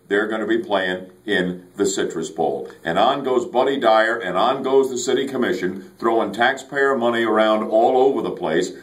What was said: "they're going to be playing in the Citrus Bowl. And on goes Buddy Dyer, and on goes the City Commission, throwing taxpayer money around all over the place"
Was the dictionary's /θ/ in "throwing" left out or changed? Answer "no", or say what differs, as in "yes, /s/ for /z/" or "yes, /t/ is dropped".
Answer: no